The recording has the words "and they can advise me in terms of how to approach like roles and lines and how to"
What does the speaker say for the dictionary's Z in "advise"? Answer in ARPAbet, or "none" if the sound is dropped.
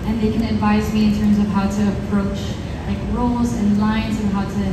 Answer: Z